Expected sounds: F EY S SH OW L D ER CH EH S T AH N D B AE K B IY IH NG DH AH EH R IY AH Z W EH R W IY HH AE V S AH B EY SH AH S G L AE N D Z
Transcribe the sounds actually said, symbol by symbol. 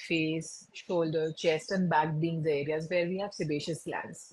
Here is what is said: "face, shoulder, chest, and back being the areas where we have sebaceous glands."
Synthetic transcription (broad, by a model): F EY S SH OW L D ER CH EH S T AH N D B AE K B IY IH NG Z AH R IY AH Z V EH R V IY HH AE V S AH B EY SH AH S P L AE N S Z